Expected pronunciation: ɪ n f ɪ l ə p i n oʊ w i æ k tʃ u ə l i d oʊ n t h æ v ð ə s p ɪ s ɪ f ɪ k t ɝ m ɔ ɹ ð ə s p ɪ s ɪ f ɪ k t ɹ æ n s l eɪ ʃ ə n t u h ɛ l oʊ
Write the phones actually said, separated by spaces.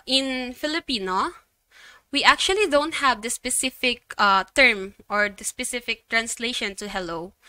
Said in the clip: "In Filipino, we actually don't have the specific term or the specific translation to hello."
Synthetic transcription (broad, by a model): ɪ n f ɪ l ə p i n oʊ w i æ k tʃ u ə l i d oʊ n t h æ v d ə s p ɪ s ɪ f ɪ k t ɝ m ɔ ɹ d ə s p ɪ s ɪ f ɪ k t ɹ æ n s l eɪ ʃ ə n t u h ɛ l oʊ